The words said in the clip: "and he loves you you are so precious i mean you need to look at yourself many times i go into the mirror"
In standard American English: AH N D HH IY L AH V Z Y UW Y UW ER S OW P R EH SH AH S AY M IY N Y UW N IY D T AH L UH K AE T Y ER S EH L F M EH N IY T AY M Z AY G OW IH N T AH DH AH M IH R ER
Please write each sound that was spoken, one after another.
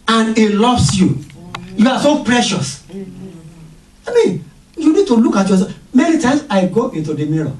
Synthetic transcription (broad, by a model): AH N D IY L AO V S Y UW Y UW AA S OW P R EH SH AH S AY M IY N Y UW N IY D T AH L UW K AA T Y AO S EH F M EH N IY T AY M S AY G OW IH N T AH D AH M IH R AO